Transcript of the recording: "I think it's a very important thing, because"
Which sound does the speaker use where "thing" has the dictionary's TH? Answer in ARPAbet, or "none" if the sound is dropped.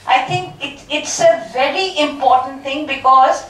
T